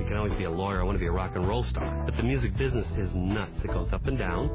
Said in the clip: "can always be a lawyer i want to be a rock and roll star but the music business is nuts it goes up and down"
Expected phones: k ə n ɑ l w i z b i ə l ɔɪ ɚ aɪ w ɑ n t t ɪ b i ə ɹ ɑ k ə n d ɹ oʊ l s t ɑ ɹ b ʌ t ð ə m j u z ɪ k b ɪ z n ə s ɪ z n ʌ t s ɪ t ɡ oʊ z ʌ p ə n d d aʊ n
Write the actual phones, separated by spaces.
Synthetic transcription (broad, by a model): k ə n ɑ l w i z b i ə l ɔɪ ɚ aɪ w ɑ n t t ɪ b i ə ɹ ɑ k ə n ɹ oʊ l s t ɑ ɹ b ʌ t ð ə m j u z ɪ k b ɪ z n ə s ɪ z n ʌ t s ɪ t ɡ oʊ z ʌ p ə n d d aʊ n